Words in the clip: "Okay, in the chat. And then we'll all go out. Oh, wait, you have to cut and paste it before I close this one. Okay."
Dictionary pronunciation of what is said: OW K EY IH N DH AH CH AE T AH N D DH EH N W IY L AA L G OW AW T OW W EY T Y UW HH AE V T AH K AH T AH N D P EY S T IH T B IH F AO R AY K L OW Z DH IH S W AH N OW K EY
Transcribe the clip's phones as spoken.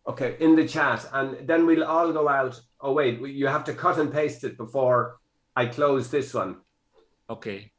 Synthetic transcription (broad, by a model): OW K EY IH N DH AH CH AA T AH N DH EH N W IY L AA L G OW AW T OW W EY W Y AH HH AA F T AH K AH T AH N P EY S T IH T B IH F AO R AY K L OW Z DH IH S W AH N OW K EY